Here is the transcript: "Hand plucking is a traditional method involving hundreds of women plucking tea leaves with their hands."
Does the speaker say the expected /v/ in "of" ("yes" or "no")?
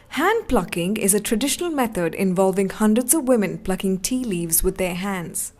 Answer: yes